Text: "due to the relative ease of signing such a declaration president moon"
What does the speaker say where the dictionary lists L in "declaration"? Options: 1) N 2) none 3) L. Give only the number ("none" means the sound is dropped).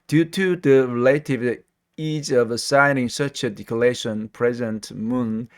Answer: 2